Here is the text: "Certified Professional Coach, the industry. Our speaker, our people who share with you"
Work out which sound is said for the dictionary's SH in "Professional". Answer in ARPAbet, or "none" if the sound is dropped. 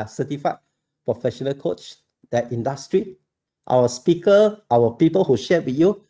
SH